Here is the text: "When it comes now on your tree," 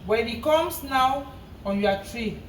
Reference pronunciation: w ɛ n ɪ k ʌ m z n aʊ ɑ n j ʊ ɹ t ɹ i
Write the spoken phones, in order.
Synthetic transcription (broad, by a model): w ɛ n ɪ k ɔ m s n aʊ ɑ n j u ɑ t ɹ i